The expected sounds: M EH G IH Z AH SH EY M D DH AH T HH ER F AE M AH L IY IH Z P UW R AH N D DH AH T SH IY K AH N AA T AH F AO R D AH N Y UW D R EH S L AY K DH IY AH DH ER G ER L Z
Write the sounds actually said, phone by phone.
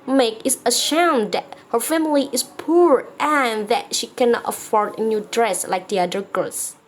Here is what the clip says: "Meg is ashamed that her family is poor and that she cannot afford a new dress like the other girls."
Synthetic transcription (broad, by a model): M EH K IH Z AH SH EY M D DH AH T HH ER F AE M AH L IY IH S P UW R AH N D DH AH T SH IY K AH N AA T AH F AO R D AH N Y UW D R EH S L AY K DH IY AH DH ER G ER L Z